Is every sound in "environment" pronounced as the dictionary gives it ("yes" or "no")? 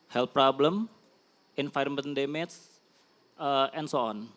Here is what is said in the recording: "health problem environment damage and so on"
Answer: no